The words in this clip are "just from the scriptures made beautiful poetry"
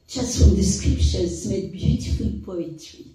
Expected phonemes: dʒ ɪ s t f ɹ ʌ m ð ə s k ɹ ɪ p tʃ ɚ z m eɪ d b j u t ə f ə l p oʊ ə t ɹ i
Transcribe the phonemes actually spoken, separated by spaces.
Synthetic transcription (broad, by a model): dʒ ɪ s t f ɹ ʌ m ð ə s k ɹ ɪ p ʃ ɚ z m eɪ d b j u t ə f ə l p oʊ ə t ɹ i